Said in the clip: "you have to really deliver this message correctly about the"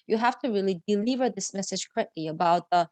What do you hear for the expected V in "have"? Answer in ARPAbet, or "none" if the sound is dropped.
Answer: F